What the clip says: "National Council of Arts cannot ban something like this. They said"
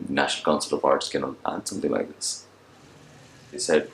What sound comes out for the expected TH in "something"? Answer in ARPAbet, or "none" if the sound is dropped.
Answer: T